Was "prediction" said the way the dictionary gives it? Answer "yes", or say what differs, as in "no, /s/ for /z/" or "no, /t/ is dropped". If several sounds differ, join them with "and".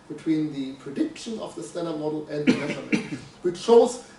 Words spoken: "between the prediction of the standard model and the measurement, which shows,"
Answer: yes